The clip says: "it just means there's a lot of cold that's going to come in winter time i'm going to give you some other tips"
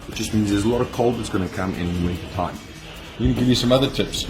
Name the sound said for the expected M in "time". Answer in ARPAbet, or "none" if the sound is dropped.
none